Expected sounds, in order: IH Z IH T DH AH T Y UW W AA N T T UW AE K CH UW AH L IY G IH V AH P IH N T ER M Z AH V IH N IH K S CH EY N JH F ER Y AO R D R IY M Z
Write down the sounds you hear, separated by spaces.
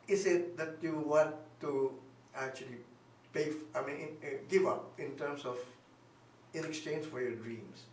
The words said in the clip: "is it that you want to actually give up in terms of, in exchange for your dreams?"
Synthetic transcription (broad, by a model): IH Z IH T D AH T Y UW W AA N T T UW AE K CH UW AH L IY G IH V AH P IH N T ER M S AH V IH N IH K S CH EY N JH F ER Y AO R D R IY M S